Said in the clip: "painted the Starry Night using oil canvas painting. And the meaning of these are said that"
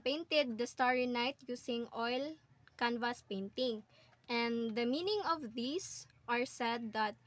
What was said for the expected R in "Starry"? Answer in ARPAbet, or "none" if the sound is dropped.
R